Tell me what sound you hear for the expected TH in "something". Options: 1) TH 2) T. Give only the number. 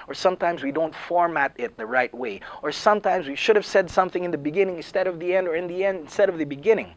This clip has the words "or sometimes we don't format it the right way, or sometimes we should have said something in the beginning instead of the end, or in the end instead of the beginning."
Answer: 1